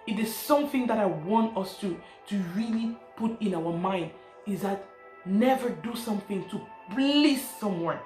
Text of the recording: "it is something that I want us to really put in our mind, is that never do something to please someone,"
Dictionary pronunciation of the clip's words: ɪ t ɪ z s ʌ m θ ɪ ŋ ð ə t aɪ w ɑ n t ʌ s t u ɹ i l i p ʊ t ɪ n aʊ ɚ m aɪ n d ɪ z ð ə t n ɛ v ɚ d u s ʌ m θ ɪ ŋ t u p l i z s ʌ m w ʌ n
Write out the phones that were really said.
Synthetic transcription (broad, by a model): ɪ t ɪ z s ʌ m θ ɪ ŋ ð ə t aɪ w ɑ n t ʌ s t u ɹ i l i p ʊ t ɪ n aʊ ɚ m aɪ n d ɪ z ð ə t n ɛ v ɚ d u s ʌ m θ ɪ ŋ t u b l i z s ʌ m w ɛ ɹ